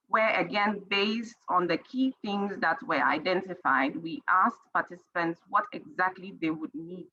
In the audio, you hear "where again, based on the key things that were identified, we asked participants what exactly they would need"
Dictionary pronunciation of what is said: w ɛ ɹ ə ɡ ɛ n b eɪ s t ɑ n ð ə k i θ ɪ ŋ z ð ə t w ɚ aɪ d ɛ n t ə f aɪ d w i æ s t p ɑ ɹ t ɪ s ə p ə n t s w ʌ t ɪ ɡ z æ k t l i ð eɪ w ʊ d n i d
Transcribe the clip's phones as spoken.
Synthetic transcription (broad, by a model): w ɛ ɹ ə ɡ ɛ n b eɪ s t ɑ n ð ə k i θ ɪ ŋ z ð ə t w ɚ aɪ d ɛ n t ə f aɪ d w i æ s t p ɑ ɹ t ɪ s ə p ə n t s w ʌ t ɪ ɡ z æ k t l i ð eɪ w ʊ d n i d